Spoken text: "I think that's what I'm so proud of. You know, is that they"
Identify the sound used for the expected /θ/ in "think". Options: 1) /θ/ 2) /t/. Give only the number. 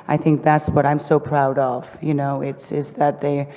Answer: 1